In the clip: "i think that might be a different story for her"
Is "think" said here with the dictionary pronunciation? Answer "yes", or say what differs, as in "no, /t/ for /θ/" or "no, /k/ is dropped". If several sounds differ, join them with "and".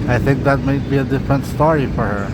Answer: yes